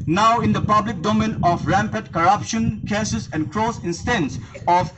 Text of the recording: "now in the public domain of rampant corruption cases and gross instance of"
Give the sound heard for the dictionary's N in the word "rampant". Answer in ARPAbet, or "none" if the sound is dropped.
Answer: none